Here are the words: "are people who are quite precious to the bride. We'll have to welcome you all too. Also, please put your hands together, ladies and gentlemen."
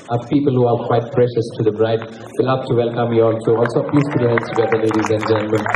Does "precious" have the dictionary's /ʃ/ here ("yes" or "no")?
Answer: yes